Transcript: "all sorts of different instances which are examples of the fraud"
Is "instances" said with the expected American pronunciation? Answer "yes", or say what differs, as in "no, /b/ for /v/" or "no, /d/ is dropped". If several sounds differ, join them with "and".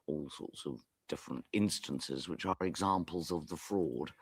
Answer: yes